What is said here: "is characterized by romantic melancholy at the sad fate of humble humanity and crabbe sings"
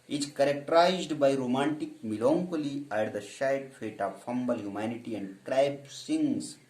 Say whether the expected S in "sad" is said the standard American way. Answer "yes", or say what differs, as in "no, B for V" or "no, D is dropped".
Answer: no, SH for S